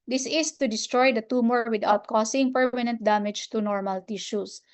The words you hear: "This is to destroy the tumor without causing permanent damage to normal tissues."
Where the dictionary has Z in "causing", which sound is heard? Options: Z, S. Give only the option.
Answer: S